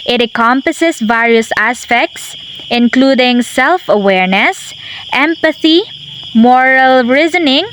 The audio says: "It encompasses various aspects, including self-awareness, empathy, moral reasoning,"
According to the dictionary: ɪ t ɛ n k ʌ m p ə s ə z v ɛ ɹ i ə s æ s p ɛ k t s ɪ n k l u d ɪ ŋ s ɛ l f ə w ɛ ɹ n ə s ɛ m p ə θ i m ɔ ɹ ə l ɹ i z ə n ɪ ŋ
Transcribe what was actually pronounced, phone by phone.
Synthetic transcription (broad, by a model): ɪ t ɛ k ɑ m p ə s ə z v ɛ ɹ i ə s æ s p ɛ k t s ɪ n k l u d ɪ ŋ s ɛ l f ə w ɛ ɹ n ə s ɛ m p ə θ i m ɔ ɹ ə l ɹ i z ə n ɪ ŋ